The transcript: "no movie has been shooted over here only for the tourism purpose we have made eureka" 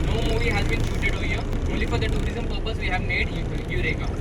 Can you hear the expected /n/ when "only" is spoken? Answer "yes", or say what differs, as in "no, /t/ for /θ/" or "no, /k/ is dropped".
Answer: no, /n/ is dropped